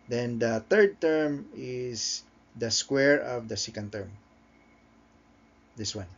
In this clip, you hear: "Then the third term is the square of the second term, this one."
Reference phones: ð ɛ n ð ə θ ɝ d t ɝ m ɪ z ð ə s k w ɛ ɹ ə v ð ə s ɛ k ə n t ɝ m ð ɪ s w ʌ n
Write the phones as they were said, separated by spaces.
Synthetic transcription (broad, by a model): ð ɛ n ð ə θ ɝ d t ɝ m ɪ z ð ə s k w ɛ ɹ ə v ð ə s ɛ k ə n t ɝ m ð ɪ s w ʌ n